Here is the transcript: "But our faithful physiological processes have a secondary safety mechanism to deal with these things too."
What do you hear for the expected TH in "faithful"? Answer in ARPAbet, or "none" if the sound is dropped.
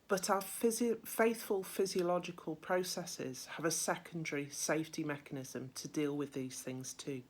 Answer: TH